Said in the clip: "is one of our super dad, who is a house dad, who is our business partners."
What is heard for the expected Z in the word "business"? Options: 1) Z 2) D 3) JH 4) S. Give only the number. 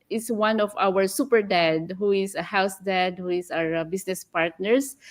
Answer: 4